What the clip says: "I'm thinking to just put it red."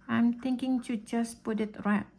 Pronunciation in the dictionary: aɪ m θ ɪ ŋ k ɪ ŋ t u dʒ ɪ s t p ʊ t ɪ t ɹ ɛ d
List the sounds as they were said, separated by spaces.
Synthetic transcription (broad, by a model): aɪ m t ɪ ŋ k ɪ ŋ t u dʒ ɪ s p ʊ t ɪ t ɹ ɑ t